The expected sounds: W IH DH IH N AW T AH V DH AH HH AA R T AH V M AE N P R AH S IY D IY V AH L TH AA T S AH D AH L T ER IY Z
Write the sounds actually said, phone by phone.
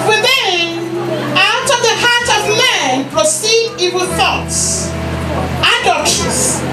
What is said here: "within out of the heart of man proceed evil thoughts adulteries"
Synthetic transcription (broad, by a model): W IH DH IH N AW T AH V DH AH HH AA R T AH V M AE N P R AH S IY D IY W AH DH TH AA T S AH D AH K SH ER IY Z